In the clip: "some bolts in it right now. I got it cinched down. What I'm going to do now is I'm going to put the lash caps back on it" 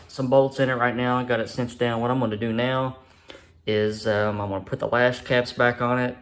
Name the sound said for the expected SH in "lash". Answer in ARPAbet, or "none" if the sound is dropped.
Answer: S